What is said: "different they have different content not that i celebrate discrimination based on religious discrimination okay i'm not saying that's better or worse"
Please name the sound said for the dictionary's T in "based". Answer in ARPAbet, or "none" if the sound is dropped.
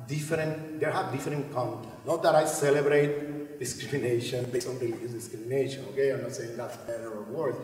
none